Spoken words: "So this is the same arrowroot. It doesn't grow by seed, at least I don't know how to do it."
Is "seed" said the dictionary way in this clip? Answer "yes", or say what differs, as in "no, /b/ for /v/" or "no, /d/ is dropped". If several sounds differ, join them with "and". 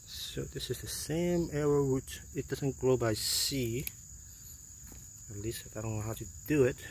no, /d/ is dropped